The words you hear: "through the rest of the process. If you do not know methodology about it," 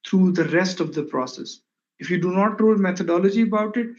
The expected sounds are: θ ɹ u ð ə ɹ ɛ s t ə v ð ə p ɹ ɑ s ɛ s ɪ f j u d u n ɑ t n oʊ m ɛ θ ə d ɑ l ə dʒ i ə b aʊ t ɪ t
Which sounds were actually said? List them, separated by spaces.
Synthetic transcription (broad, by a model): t ɹ u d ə ɹ ɛ s t ə v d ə p ɹ ɑ s ɛ s ɪ f j u d u n ɑ t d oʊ m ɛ t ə d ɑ l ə dʒ i ə b aʊ t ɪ t